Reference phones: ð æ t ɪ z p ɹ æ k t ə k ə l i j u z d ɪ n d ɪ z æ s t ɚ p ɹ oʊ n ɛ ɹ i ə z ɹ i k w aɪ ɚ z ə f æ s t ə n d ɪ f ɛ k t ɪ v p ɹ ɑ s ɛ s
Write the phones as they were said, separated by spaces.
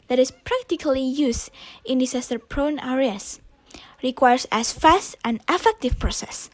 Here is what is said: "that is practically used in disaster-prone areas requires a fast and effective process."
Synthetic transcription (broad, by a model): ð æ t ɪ s p ɹ æ k t ə k ə l i j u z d ɪ n d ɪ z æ s t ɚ p ɹ oʊ n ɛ ɹ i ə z ɹ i k w aɪ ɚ s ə f æ s t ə n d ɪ f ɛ k t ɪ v p ɹ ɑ s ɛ s